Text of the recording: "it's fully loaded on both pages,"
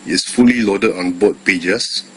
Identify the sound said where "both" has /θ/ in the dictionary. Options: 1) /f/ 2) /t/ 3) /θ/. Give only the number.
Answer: 2